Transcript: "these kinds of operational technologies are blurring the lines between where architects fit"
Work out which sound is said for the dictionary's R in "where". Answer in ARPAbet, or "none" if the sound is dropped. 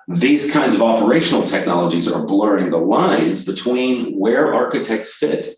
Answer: R